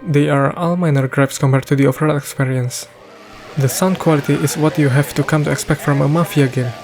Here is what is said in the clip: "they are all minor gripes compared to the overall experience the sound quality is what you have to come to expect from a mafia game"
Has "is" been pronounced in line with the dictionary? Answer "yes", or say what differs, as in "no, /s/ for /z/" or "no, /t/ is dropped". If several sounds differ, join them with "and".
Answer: no, /s/ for /z/